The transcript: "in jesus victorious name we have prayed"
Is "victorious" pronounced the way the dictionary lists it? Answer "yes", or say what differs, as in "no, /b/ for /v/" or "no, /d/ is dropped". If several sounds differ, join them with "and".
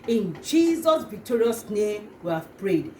yes